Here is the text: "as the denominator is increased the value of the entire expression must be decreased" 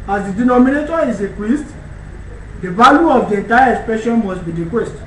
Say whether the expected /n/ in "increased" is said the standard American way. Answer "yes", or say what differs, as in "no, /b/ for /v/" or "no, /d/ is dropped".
no, /n/ is dropped